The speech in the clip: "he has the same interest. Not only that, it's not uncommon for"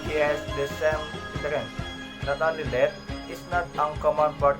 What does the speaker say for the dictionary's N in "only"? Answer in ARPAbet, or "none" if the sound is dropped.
none